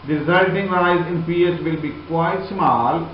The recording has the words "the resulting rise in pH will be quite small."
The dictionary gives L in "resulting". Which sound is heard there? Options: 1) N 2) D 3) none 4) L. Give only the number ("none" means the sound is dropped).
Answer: 3